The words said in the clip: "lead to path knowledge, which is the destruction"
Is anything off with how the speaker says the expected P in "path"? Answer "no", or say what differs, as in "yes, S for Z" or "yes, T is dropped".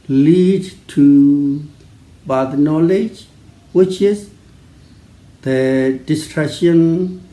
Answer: yes, B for P